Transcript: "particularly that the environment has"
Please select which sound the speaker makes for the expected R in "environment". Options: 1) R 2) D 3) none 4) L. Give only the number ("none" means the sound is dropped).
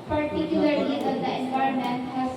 3